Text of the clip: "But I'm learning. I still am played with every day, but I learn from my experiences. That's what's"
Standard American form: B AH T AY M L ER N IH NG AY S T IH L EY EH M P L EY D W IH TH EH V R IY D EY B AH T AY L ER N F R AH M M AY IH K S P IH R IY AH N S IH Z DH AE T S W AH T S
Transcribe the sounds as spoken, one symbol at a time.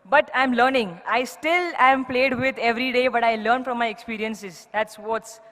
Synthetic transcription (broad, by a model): B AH T AY M L ER N IH NG AY S T IH L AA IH M P L EY D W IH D EH V R IY D EY B AH T AY L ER N F R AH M M AY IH K S P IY R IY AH N S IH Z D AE T S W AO T S